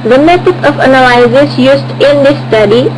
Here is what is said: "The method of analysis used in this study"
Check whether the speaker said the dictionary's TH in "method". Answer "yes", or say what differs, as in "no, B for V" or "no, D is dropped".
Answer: no, T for TH